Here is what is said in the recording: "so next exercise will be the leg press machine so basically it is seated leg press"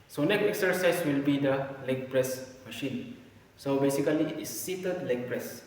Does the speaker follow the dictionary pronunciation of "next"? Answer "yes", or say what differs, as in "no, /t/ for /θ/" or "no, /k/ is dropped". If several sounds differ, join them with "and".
no, /s/ is dropped